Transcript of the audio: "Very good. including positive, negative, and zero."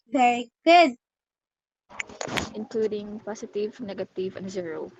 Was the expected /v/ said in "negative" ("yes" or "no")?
yes